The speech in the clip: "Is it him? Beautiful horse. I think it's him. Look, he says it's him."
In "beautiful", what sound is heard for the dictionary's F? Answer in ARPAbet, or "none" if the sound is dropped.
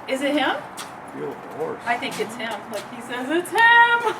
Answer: none